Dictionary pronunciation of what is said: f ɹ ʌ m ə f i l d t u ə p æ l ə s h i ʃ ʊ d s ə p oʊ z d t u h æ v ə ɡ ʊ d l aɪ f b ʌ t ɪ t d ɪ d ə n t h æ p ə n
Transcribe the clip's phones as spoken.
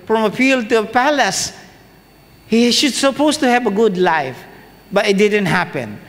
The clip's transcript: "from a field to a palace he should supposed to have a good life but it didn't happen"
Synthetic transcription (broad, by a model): f ɹ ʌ m ə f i l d t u ə p æ l ə s h i ʃ ʊ d s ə p oʊ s t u h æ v ə ɡ ʊ d l aɪ f b ʌ t ɪ t d ɪ d ə n t h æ p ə n